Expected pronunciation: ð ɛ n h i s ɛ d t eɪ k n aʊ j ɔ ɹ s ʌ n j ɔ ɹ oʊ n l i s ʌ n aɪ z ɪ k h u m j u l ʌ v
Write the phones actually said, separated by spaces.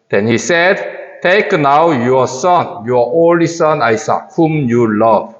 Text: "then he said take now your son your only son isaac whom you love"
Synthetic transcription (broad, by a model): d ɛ n h i s ɛ d t eɪ k n aʊ j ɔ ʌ s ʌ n j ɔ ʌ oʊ l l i s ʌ n aɪ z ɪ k h u m j u l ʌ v